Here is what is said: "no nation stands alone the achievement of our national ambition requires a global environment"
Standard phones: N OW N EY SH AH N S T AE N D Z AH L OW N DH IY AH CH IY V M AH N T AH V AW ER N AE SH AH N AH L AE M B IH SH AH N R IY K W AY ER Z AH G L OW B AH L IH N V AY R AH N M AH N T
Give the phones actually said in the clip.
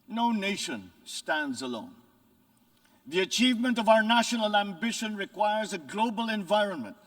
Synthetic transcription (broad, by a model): N OW N EY SH AH N S T AE N D Z AH L OW N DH IY AH CH IY V M AH N T AH V AW ER N AE SH AH N AH L AE M B IH SH AH N R IY K W AY ER Z AH G L OW B AH L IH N V AY R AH N M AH N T